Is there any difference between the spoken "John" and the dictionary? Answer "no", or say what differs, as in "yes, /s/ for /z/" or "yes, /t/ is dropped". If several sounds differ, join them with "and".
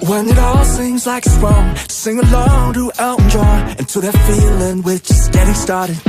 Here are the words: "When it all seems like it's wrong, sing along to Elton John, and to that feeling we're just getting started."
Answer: yes, /n/ is dropped